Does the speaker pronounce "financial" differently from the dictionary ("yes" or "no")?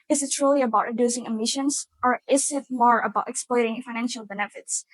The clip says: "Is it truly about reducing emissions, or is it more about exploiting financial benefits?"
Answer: no